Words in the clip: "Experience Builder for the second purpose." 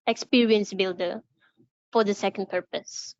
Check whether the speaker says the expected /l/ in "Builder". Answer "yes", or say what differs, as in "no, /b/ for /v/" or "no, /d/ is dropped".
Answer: yes